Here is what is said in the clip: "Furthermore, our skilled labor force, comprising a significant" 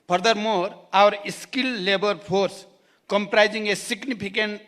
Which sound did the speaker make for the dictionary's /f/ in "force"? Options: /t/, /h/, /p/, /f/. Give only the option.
/p/